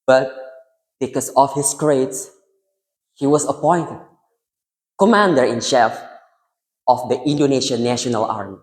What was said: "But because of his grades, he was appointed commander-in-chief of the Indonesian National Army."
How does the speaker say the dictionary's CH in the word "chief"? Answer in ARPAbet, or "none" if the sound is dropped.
SH